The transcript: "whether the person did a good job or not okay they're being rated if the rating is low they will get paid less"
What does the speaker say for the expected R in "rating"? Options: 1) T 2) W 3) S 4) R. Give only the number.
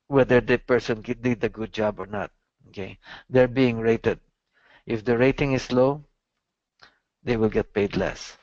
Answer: 4